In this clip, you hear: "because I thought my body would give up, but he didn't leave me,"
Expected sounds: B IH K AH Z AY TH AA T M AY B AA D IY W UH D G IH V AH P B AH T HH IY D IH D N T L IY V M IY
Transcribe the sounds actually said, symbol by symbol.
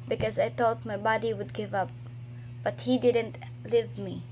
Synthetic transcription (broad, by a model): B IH K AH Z AY TH AA T M AY B AA D IY W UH D G IH V AH P B AH T HH IY D IH D N T L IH V M IY